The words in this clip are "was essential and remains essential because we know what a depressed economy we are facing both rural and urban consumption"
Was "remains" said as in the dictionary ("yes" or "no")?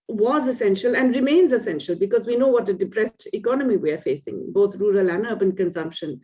yes